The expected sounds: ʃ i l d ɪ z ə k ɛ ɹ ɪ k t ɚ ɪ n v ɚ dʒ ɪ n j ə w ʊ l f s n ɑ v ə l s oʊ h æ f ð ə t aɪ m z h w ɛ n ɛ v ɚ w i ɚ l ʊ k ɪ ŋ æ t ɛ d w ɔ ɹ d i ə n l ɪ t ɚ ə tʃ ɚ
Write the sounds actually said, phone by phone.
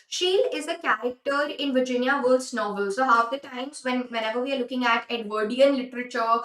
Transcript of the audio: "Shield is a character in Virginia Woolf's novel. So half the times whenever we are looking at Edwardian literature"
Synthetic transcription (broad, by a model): ʃ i l ɪ z ə k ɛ ɹ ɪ k t ɚ ɪ n v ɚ dʒ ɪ n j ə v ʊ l s n ɑ v ə l s oʊ h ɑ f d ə t aɪ m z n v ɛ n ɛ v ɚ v i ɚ l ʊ k ɪ ŋ æ t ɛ d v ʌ ɹ d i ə n l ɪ t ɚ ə tʃ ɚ